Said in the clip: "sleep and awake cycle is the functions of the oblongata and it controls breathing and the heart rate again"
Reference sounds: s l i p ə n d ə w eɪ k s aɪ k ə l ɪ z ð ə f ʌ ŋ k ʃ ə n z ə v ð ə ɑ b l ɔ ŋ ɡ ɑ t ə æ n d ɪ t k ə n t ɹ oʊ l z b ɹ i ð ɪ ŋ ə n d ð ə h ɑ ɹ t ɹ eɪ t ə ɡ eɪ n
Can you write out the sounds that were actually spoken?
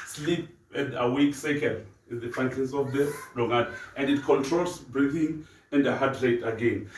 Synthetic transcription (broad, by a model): s l i p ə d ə w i k s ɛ k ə n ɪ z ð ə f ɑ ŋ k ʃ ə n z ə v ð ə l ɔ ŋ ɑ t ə n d ɪ t k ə n t ɹ oʊ l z b ɹ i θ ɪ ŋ ə n d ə h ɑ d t ɹ eɪ t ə ɡ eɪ n